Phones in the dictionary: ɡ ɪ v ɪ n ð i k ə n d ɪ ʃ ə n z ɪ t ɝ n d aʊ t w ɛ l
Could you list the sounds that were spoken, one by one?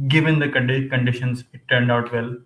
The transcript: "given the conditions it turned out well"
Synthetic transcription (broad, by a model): ɡ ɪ v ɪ n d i k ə n d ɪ ʃ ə n s ɪ t ɝ n d aʊ t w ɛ l